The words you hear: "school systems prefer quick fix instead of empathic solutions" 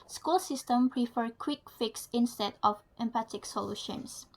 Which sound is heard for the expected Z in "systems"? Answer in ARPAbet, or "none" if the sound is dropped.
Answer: none